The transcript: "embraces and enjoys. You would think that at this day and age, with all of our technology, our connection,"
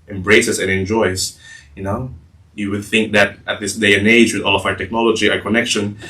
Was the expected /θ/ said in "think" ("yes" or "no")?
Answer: yes